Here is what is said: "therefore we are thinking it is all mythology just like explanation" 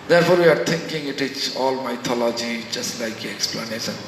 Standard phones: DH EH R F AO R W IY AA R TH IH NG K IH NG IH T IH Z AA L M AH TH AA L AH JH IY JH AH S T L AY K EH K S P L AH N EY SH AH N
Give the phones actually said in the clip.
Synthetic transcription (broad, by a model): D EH R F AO R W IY AA R T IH NG K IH NG IH T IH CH AA L M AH T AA L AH JH IY JH AH S T L AY K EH K S P L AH N EY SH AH N